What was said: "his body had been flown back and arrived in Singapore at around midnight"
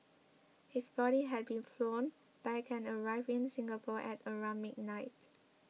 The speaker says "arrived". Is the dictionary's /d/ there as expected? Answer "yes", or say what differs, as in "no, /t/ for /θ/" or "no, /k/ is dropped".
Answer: no, /d/ is dropped